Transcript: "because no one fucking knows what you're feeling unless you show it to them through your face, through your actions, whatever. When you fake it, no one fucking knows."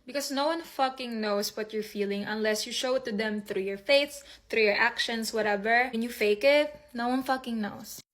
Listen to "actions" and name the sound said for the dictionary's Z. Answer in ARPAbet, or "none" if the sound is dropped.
S